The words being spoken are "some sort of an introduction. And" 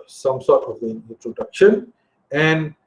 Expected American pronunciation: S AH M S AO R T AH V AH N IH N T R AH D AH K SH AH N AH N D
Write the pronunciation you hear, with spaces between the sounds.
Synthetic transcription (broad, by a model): S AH M S AO R T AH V AH N IH N T R AH D AH K SH AH N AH N D